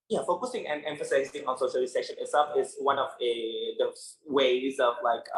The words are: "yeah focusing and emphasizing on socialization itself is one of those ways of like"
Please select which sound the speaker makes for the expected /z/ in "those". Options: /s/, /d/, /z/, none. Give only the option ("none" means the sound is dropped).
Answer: none